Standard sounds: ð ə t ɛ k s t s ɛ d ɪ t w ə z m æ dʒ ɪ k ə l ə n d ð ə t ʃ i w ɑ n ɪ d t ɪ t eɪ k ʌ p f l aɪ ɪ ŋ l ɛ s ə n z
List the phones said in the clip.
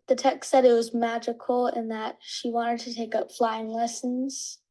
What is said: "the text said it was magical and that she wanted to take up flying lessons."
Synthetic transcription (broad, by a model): ð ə t ɛ k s s ɛ d ɪ t w ə z m æ dʒ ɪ k l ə n ð ə t ʃ i w ɑ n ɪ d t ɪ t eɪ k ʌ p f l aɪ ɪ ŋ l ɛ s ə n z